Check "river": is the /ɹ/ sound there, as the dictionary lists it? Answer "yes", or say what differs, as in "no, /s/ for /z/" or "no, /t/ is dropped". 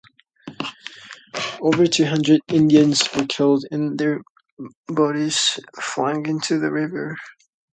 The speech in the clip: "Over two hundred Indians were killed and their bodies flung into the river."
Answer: yes